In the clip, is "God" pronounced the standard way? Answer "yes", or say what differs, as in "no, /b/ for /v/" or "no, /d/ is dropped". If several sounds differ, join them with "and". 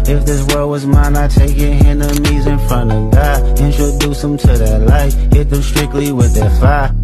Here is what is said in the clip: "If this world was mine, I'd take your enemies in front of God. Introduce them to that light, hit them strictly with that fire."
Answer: no, /d/ is dropped